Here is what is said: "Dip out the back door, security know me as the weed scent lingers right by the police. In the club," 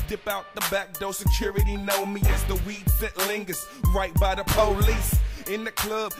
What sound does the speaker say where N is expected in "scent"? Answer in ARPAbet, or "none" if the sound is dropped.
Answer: none